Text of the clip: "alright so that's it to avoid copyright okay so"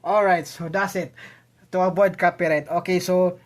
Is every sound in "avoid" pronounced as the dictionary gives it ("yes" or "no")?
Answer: no